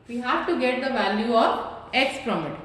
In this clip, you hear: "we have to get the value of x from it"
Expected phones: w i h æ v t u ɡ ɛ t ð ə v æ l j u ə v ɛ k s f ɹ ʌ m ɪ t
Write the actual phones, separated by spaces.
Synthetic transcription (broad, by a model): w i h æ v t u ɡ ɛ t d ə v æ l j u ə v ɛ k s p ɹ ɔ m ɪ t